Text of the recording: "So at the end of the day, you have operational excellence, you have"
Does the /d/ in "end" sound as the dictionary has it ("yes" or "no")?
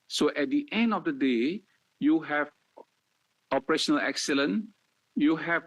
yes